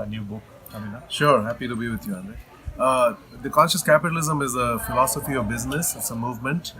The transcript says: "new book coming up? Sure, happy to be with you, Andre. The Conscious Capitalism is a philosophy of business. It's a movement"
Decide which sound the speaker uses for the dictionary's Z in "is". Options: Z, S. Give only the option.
Z